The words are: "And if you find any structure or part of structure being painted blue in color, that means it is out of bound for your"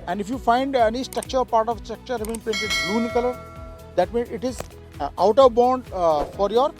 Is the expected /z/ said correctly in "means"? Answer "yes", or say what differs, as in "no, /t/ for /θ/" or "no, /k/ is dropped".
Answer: no, /z/ is dropped